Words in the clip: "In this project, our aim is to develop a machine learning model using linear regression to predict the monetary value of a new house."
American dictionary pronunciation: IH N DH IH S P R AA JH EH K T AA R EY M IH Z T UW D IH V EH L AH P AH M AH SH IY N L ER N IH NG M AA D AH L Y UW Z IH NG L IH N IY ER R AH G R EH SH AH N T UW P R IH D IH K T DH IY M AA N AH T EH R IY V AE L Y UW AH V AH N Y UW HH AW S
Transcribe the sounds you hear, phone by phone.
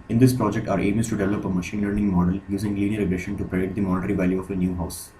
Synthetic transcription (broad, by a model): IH N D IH S P R AA JH EH K T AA R EY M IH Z T UW D IH V EH L AH P AH M AH SH IY N L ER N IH NG M AA D AH L Y UW Z IH NG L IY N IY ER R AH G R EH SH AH N T UW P R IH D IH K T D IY M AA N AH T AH R IY V AE L Y UW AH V AH N Y UW HH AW S